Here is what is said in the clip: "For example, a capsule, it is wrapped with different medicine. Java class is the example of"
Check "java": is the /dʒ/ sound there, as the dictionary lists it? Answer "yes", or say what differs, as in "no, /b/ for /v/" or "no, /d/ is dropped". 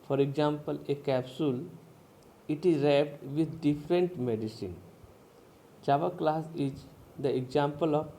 no, /tʃ/ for /dʒ/